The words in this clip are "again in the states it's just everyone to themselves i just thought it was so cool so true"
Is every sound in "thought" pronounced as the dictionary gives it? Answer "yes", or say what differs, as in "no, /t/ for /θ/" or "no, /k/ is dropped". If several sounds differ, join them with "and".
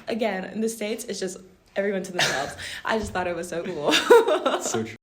yes